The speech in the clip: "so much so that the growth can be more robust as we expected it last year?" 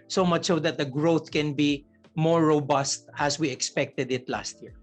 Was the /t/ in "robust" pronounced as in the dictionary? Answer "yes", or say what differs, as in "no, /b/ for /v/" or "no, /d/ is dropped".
yes